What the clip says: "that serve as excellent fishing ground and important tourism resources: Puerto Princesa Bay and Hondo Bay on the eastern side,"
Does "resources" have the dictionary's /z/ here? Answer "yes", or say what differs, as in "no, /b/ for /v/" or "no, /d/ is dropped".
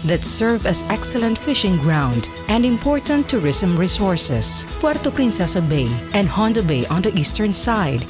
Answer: no, /s/ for /z/